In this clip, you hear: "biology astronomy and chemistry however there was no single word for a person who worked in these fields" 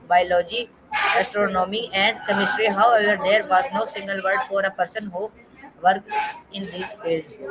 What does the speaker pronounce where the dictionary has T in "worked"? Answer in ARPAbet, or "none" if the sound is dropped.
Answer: none